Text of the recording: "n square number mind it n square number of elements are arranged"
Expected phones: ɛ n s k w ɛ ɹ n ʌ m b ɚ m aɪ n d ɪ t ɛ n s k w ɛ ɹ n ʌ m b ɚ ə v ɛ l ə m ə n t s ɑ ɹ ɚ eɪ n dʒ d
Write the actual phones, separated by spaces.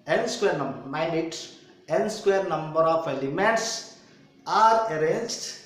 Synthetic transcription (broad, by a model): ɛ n s k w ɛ ɹ n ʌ m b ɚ m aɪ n ɪ t ɛ n s k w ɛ ɹ n ʌ m b ɚ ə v ɛ l ə m ə n t s ɑ ɹ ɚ eɪ n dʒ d